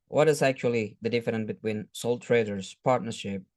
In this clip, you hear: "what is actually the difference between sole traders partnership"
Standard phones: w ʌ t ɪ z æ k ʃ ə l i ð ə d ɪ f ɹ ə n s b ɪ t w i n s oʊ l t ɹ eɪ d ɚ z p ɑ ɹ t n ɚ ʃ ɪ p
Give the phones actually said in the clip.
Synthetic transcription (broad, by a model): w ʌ t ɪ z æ k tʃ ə l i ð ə d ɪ f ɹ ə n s b ɪ t w i n s oʊ l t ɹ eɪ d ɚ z p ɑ ɹ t n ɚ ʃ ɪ p